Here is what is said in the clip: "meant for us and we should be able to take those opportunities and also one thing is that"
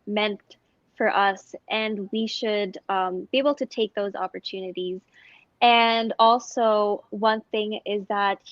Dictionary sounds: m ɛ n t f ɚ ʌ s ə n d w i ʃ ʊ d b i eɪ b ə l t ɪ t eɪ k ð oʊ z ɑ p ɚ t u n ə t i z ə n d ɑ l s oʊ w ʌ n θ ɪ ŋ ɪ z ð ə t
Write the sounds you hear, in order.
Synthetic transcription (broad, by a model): m ɛ n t f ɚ ʌ s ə n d w i ʃ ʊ d b i eɪ b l t ɪ t eɪ k ð oʊ z ɑ p ɚ t u n ə t i z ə n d ɑ l s oʊ w ʌ n θ ɪ ŋ ɪ z ð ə t